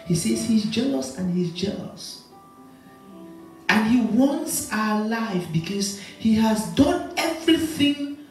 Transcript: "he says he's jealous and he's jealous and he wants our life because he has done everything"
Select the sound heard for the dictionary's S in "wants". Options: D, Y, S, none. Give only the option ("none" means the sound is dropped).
S